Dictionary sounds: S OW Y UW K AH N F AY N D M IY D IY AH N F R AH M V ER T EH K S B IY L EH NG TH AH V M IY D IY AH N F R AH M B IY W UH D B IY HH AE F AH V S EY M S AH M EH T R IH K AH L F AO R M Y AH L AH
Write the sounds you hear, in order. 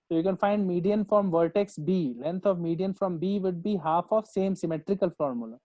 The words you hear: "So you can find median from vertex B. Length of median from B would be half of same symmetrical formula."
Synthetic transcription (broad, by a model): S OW Y UW K AH N F AY N D M IY D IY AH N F R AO M V ER T EH K S B IY L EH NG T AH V M IY D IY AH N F R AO M B IY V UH D B IY HH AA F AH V S EY M S AH M EH T R IH K AH L F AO R M Y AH L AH